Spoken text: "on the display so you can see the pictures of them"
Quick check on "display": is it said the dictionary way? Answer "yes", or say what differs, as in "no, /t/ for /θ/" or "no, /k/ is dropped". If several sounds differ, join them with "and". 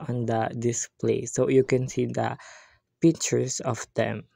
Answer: yes